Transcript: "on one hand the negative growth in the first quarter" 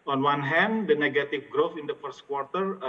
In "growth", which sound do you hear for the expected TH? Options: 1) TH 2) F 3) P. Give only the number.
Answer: 2